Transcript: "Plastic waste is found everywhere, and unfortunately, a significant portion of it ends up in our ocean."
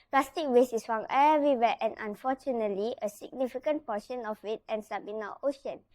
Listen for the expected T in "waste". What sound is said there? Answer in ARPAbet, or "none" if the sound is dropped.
none